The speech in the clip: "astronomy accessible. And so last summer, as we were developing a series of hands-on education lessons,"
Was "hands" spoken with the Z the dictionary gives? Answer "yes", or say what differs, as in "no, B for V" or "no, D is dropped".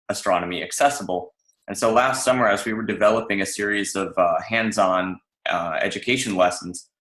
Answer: yes